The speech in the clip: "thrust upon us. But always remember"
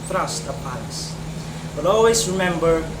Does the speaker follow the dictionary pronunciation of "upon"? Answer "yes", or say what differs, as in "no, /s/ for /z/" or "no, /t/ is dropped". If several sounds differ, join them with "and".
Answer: no, /l/ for /n/